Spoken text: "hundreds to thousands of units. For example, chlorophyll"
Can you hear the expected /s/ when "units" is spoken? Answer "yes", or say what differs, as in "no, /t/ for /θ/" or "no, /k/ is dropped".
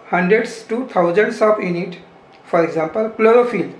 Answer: no, /s/ is dropped